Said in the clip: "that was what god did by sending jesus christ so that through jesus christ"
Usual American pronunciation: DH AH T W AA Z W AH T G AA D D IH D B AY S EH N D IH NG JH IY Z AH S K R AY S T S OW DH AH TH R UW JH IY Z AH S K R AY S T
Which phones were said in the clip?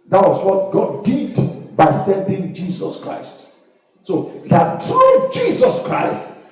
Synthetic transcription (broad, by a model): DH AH T W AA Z W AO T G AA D D IH D B AY S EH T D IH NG JH IY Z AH S K R AY S T S OW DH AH T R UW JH IY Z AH S K R AY S T